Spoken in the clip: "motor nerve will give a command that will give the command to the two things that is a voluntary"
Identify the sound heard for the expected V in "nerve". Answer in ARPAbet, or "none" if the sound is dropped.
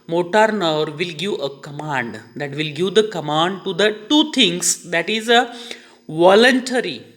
V